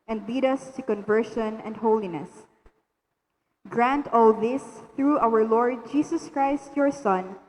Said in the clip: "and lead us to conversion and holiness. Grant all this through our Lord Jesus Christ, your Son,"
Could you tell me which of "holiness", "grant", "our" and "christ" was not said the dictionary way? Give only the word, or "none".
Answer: none